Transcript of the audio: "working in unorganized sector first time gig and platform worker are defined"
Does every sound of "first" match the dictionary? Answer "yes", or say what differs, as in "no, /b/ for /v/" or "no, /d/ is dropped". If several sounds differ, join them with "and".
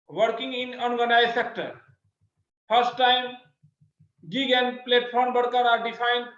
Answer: no, /p/ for /f/